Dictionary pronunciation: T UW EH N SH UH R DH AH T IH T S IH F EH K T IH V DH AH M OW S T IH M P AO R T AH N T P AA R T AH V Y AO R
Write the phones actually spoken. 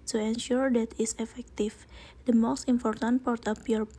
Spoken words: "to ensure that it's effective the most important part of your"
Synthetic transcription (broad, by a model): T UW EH N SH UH R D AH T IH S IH F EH K T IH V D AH M OW S T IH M P AO R T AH N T P AA R T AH P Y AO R